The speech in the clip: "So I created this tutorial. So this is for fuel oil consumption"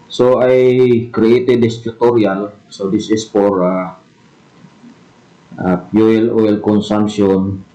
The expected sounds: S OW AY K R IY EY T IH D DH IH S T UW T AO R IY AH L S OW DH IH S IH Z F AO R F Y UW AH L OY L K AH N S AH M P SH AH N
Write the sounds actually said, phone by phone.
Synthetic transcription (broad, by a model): S OW AY K R IY EY T IH D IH S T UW T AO R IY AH L S OW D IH S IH S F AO R P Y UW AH L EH L K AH N S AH M P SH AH N